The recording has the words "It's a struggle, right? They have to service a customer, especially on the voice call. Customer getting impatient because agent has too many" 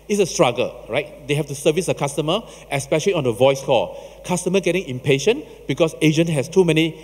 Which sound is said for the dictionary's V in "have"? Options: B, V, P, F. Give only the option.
F